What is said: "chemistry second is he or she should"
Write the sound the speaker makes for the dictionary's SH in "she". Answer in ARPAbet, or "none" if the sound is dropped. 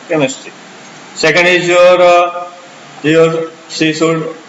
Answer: S